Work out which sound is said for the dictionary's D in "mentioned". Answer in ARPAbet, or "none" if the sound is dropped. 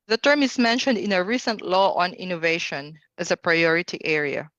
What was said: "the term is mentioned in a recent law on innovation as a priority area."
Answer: D